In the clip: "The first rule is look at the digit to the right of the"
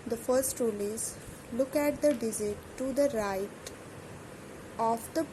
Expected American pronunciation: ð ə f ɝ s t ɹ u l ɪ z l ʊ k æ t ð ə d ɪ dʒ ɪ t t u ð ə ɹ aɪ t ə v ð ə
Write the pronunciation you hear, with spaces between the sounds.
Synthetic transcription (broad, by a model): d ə f ɝ s t ɹ u l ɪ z l ʊ k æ t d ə d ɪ z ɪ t t u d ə ɹ aɪ t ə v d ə